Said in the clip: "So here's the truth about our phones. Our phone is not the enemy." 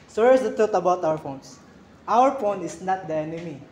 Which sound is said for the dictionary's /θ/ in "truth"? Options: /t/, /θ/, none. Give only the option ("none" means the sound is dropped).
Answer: /t/